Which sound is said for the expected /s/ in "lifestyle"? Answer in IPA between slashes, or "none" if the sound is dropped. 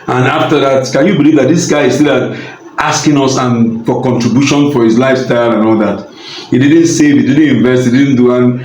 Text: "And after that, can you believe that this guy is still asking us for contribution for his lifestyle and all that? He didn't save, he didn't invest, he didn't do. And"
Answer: /s/